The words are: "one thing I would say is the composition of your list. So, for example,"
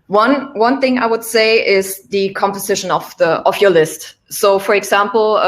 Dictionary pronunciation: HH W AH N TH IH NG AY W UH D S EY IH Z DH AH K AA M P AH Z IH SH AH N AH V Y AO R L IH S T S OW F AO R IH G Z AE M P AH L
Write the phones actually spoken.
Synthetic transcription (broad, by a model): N W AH N TH IH NG AY W UH D S EY IH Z DH AH K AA M P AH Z IH SH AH N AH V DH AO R L IH S T S OW F AO R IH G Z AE M P L